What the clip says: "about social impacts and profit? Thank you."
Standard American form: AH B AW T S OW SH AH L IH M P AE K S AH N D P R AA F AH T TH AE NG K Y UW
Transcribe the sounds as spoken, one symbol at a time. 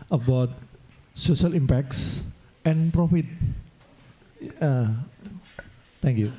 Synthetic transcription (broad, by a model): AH B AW T S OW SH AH L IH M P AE K S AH N P R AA F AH T T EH NG K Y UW